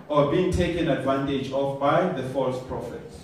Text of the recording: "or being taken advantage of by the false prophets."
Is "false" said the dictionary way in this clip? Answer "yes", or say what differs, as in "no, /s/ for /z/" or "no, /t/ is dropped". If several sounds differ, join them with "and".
yes